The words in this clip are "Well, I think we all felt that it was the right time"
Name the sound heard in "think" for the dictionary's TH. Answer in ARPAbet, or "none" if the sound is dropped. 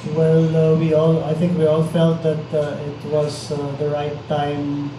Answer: T